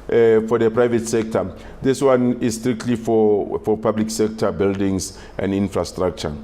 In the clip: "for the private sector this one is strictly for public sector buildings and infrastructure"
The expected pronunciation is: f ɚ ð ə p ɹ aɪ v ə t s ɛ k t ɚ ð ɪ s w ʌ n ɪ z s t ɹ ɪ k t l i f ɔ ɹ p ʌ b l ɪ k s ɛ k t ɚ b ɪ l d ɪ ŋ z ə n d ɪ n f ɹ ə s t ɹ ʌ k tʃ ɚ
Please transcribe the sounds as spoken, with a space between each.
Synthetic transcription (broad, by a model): f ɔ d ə p ɹ aɪ v ə t s ɛ k t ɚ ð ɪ s w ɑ n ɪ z s t ɹ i k t l i f ɔ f p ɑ b l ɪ k s ɛ k t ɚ b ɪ l d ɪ ŋ s ə n d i n f ɹ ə s t ɹ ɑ k tʃ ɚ